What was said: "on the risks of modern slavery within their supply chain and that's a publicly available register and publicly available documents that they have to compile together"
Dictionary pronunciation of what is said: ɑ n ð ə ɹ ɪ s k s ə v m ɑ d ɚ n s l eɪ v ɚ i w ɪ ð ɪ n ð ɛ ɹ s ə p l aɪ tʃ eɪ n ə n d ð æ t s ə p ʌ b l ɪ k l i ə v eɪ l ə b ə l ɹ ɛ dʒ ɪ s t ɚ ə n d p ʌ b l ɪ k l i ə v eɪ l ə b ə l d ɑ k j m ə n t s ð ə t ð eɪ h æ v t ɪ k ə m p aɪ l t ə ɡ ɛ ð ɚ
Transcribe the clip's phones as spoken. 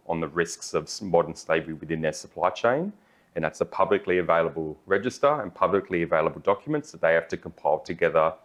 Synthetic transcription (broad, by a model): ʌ n ð ə ɹ ɪ s k s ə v m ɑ d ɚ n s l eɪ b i w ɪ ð ɪ n ð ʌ ɹ s ə p l aɪ tʃ eɪ n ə n ð æ t s ə p ʌ b l ɪ k l i ə v eɪ l ə b ə l ɹ ɛ dʒ ɪ s t ɚ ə n p ʌ b l ɪ k l i ə v eɪ l ə b ə l d ɑ k j m ə n t s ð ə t ð eɪ h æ f t ɪ k ə m p aɪ l t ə ɡ ɛ ð ɚ